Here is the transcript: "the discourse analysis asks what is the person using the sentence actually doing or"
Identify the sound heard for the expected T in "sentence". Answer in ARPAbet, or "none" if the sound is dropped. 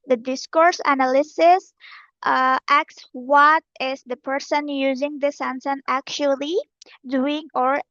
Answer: S